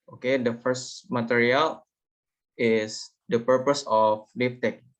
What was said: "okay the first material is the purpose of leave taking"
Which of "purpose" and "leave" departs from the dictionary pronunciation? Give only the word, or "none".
leave